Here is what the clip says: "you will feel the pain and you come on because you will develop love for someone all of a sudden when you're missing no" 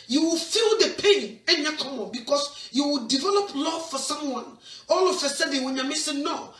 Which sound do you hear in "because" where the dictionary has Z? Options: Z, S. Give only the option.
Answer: S